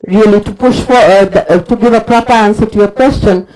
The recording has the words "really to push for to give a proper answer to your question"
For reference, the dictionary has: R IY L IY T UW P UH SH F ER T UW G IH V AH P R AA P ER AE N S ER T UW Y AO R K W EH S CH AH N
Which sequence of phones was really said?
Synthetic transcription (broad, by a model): R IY L IY T UW P UH SH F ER T UW G IH V AH P R AA P ER AE N S ER T UW Y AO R K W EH S CH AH N